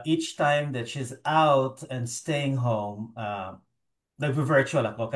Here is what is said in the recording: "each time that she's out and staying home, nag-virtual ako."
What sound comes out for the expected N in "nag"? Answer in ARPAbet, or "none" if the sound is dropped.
L